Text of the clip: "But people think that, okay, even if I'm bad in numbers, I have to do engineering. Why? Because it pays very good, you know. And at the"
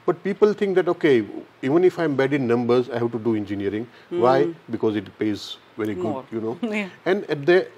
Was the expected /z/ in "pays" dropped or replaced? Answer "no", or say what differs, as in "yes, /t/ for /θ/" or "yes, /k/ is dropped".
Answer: no